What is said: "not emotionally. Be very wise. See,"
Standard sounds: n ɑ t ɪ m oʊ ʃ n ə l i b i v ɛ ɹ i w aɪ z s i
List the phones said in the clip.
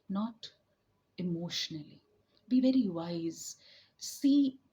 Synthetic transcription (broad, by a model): n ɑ t ɪ m oʊ ʃ n ə l i b i v ɛ ɹ i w aɪ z s i